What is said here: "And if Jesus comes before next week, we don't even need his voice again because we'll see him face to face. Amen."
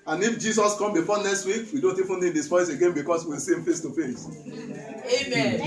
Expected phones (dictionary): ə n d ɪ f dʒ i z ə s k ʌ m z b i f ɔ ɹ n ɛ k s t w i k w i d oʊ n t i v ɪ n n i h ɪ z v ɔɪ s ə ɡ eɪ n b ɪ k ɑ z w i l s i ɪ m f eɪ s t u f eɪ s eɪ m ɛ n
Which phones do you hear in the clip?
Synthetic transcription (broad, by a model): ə n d ɪ f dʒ i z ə s k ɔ m b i f ɔ n ɛ k s t w i k w i d oʊ n t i f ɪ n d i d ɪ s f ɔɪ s ə ɡ eɪ n b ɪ k ɑ s w i l s i ɪ m f eɪ s t u f eɪ s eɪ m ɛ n